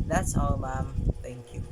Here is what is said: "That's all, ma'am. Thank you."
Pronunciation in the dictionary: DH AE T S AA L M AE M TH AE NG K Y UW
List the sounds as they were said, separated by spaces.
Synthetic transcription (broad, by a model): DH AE T S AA W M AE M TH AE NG K Y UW